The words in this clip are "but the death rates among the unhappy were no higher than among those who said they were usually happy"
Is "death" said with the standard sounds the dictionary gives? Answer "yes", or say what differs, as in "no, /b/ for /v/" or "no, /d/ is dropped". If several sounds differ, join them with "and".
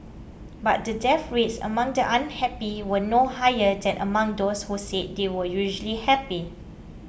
no, /f/ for /θ/